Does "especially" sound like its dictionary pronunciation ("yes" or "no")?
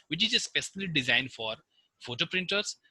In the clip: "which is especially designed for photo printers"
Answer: no